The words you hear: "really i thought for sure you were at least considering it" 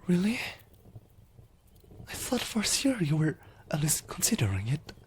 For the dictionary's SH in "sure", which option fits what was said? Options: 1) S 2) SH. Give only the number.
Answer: 1